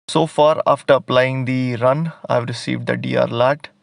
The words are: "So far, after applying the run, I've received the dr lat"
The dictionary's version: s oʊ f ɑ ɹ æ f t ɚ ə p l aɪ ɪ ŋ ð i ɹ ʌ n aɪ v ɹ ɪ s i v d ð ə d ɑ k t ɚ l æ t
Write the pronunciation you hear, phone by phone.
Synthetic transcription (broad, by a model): s oʊ f ɑ ɹ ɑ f t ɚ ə p l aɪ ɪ ŋ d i ɹ ʌ n aɪ v ɹ ɪ s i v d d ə d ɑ t l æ t